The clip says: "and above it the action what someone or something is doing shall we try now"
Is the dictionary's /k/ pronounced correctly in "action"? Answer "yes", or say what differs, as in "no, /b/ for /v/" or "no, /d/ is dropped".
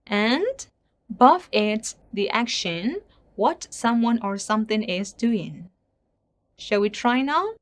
yes